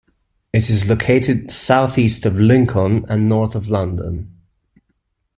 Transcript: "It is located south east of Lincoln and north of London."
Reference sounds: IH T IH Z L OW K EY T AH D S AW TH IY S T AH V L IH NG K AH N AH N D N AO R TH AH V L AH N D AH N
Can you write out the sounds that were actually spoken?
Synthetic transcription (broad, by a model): IH T IH Z L OW K EY T AH D S AW TH IY S T AH V L IH NG K AH N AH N N AO R TH AH V L AH N D AH N